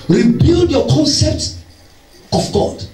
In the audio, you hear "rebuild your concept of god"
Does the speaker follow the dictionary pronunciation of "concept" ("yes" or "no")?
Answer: yes